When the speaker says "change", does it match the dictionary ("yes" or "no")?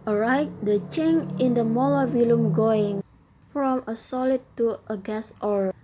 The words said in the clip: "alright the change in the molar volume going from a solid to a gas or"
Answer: no